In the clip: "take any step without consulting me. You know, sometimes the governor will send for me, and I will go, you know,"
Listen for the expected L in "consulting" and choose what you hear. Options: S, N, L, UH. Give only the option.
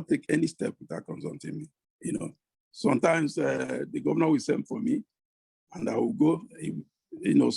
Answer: N